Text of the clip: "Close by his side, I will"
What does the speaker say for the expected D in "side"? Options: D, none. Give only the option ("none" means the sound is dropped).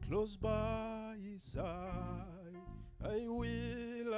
none